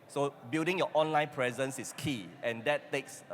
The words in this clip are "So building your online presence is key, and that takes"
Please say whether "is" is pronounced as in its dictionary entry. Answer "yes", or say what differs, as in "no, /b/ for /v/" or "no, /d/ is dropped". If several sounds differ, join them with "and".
no, /s/ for /z/